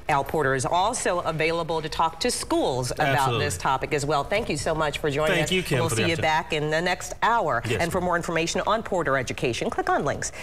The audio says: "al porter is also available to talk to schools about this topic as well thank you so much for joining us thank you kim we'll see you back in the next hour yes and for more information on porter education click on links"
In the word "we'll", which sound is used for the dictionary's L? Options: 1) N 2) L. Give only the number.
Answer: 2